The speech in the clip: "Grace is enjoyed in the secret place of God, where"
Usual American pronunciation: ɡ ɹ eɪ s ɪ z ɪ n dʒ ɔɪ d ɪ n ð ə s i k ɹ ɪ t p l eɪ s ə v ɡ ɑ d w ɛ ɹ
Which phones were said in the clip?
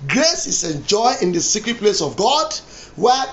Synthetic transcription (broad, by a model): ɡ ɹ eɪ s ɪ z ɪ n dʒ ɔɪ ɪ n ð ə s i k ɹ ɪ t p l eɪ s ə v ɡ ɑ d w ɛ